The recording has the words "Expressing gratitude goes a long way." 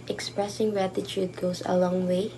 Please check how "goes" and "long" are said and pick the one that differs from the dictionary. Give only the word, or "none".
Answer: goes